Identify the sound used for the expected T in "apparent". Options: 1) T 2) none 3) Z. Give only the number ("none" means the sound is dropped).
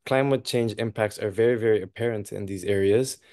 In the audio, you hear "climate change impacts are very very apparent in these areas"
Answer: 1